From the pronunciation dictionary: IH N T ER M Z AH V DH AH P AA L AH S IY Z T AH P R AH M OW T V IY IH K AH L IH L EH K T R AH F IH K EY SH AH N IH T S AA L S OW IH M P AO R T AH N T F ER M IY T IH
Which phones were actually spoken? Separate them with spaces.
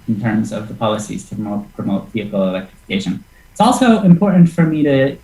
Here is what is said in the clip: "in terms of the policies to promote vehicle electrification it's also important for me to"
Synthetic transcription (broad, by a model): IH N T ER M Z AH V DH AH P AA L AH S IY Z T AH P R AH M OW T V IY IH K L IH L EH K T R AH F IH K EY SH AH N IH T S AA L S OW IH M P AO R T N T F ER M IY T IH